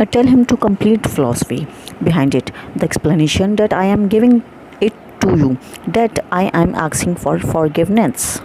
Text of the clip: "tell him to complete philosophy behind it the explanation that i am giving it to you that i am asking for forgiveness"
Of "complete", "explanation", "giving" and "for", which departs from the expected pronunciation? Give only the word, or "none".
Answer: none